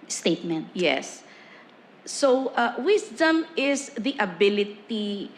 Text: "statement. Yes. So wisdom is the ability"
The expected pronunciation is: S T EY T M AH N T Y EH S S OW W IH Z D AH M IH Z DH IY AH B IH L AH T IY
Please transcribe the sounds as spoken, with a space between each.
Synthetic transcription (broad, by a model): S T EY T M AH N T Y EH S S OW W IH S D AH M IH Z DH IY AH B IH L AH T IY